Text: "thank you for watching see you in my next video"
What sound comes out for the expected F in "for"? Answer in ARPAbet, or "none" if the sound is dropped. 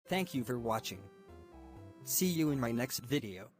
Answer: F